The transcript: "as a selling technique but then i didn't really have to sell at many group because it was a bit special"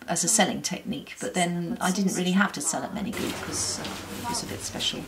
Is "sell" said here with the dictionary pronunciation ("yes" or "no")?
yes